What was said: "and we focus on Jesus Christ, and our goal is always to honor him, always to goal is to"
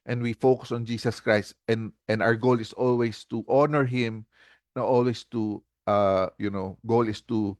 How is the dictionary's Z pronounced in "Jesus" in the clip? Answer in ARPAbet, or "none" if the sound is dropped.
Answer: S